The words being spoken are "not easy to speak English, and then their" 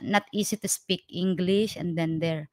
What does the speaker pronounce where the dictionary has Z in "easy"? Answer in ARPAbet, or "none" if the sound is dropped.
S